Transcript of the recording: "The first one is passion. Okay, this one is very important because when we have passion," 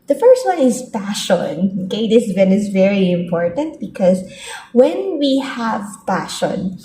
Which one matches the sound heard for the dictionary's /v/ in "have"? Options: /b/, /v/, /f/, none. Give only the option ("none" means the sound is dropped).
/v/